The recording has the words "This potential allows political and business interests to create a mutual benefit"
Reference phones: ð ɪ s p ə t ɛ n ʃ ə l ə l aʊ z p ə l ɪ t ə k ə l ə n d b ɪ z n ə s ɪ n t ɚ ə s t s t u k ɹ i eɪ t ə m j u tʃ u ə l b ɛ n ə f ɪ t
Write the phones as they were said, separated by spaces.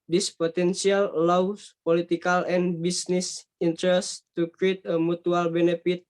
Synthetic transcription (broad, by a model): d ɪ s p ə t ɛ n s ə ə l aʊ s p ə l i t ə k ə l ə n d b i s n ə s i n t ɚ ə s s t u k ɹ i eɪ t ə m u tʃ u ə l b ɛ n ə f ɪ t